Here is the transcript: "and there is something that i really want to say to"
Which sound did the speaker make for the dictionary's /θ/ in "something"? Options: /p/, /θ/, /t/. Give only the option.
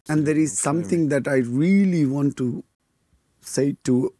/t/